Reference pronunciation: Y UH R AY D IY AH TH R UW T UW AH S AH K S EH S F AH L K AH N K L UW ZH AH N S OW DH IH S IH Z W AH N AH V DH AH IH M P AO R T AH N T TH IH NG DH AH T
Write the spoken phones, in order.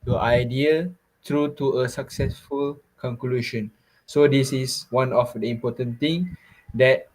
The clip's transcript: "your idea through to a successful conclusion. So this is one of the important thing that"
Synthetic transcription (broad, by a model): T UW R AY D IY AH T R UW T UW AH S AH K S EH S F AH L K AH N K L UW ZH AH N S OW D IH S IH S W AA N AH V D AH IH M P AO T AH N T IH NG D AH T